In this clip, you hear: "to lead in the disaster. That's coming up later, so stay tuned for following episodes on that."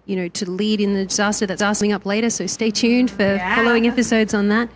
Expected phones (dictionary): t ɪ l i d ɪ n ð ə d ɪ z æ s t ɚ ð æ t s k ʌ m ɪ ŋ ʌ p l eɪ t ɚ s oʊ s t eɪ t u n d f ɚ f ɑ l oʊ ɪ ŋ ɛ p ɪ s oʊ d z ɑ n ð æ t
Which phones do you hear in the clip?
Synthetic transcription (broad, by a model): t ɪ l i d ɪ n ð ə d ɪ z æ s t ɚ ð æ t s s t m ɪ ŋ ʌ p l eɪ t ɚ s oʊ s t eɪ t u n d f ɚ f ɑ l oʊ ɪ ŋ ɛ p ɪ s oʊ d z n ð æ t